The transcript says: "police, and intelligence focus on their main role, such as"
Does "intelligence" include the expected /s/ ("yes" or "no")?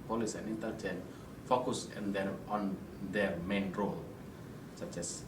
no